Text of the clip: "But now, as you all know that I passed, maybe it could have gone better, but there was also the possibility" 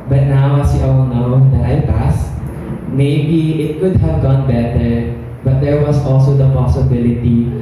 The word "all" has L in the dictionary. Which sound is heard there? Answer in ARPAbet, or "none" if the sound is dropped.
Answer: W